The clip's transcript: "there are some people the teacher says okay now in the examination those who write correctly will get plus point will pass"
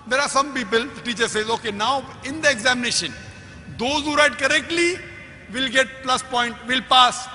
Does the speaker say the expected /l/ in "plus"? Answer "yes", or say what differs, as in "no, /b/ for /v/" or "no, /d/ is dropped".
yes